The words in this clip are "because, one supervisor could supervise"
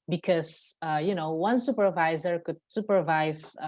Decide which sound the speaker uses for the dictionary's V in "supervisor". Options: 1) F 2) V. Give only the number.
2